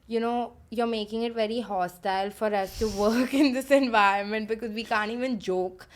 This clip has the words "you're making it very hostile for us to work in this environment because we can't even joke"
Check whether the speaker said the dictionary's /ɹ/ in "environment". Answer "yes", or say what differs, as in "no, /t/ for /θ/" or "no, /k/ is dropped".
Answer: yes